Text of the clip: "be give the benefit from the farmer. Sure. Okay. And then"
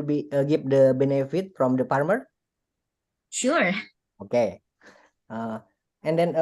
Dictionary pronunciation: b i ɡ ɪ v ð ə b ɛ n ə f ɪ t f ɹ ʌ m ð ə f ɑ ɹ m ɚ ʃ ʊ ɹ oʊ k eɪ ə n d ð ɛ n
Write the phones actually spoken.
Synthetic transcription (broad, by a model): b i ɡ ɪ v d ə b ɛ n ə f ɪ t f ɹ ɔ m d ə p ɑ ɹ m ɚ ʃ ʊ ɹ oʊ k eɪ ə n d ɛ n